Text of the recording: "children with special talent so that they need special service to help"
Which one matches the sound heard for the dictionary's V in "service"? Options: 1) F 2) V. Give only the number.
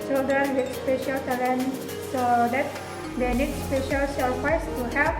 1